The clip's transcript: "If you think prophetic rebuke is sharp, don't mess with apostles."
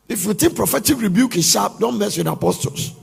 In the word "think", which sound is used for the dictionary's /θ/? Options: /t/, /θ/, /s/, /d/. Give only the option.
/t/